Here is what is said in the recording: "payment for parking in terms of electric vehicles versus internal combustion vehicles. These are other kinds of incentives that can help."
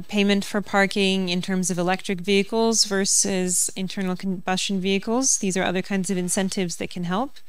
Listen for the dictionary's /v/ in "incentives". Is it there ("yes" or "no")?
yes